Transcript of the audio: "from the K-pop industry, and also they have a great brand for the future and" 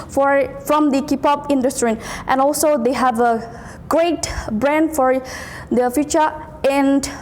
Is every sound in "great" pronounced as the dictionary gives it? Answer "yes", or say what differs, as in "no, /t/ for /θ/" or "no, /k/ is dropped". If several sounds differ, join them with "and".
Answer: yes